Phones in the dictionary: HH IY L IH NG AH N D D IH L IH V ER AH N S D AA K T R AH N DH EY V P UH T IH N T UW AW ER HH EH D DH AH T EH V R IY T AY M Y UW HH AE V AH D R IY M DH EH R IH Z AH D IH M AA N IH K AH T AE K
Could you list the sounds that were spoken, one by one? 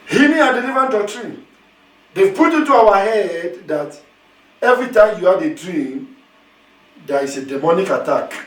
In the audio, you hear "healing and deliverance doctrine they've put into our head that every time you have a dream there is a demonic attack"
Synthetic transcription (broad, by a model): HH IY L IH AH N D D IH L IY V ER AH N D AA K T R AH N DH EY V P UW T IH N T UW AW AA HH EH D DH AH T EH V R IY T AY M Y UW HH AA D AH D R IY M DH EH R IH S AH D IH M AA N IH K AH T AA K